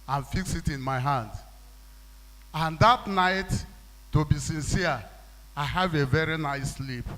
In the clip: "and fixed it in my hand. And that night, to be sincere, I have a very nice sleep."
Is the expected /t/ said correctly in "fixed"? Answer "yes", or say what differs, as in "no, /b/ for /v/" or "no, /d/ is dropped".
no, /t/ is dropped